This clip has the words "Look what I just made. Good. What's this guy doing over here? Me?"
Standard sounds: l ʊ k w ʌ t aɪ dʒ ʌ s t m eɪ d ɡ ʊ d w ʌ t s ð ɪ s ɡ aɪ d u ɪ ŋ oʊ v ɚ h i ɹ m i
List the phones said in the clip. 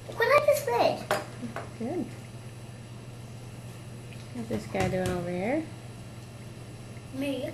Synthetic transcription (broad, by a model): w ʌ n aɪ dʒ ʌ s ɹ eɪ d ɡ ʊ d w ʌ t ð ɪ s ɡ aɪ d u ɪ ŋ oʊ v ɚ h i ɹ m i